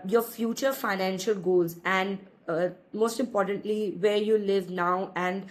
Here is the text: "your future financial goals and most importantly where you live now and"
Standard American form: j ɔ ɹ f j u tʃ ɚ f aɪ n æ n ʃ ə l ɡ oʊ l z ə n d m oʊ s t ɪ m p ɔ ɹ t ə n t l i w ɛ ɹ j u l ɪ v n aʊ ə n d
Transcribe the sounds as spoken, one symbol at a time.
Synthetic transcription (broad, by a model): j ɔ ɹ f j u tʃ ɚ f aɪ n æ n ʃ ə l ɡ oʊ l z ə n d m oʊ s t ɪ m p ɔ ɹ t ə n t l i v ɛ ɹ j u l ɪ v n aʊ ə n d